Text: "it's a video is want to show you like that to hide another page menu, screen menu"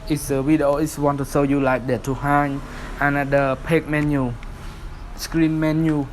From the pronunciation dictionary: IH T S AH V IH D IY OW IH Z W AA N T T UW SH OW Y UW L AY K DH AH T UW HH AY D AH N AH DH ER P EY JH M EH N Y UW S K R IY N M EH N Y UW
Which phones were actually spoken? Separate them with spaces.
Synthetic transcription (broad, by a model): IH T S AH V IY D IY OW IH S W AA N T T UW S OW Y UW L AY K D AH T UW HH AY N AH N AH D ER P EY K M EH N Y UW S K R IY N M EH N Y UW